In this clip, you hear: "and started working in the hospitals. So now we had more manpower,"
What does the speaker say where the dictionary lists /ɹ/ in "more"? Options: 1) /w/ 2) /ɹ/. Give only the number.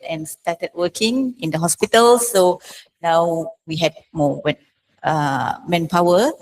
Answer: 1